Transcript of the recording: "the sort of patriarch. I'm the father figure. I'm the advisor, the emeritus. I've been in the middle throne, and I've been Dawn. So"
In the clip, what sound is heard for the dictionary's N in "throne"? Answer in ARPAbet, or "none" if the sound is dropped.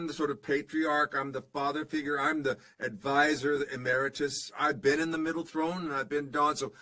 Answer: none